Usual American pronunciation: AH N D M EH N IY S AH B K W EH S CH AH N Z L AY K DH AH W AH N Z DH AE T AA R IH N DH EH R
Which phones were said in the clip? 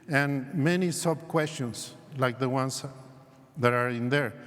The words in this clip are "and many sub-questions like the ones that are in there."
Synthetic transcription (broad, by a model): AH N M EH N IY S AH B K W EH S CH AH N S L AY K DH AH W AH N S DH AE T AA R IH N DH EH R